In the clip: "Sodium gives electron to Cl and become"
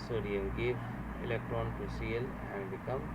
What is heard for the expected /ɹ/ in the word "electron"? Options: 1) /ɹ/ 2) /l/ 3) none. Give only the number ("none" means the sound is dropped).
1